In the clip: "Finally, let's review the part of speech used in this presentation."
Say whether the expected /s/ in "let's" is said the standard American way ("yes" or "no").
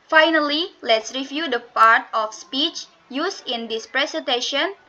yes